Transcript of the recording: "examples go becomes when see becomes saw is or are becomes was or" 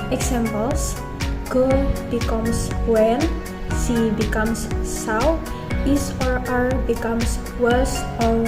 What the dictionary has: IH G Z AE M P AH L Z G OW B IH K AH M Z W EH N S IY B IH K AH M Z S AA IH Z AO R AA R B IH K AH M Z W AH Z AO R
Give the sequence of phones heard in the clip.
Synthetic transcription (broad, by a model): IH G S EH M P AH L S G OW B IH K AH M S W EH N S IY B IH K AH M S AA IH S AO R AA R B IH K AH M S W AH S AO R